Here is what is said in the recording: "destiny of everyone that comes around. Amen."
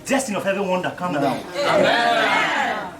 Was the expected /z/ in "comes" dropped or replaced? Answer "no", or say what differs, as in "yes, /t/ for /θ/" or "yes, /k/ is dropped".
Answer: yes, /z/ is dropped